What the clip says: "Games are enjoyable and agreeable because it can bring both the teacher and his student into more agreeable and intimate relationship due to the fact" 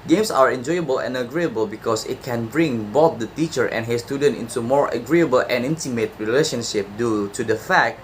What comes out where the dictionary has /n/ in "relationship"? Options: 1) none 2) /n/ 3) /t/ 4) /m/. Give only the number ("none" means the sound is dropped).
2